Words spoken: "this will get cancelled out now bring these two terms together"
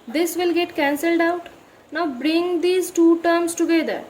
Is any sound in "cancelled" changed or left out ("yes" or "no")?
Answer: no